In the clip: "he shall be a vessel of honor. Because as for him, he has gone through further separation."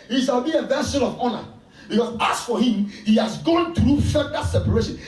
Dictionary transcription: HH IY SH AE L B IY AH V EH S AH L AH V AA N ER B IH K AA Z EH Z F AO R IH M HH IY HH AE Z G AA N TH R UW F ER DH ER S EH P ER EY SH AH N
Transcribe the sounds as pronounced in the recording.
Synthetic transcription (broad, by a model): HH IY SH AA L B IY AH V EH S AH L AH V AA N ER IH AA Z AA S F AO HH IH M HH IY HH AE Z G AA N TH R UW F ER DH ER S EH P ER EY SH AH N